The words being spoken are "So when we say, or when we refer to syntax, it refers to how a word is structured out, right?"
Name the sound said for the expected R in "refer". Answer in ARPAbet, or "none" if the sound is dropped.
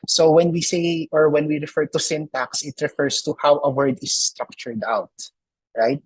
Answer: R